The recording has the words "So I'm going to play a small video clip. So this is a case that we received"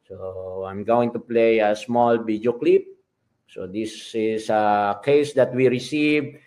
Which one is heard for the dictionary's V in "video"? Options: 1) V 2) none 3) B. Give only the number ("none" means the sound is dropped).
3